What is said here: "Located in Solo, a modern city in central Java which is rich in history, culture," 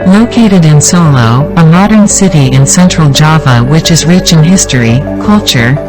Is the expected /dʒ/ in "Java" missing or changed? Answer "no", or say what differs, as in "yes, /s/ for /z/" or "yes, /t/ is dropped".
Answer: no